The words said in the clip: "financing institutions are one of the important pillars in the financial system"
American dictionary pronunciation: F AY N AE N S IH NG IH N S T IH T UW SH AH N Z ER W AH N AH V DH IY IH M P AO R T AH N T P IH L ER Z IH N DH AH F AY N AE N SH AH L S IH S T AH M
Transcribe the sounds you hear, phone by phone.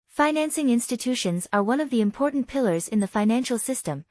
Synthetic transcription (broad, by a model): F AY N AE N S IH NG IH N S T IH T UW SH AH N Z ER W AH N AH V DH IY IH M P AO R T N P IH L ER Z IH N DH AH F AY N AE N SH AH L S IH S T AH M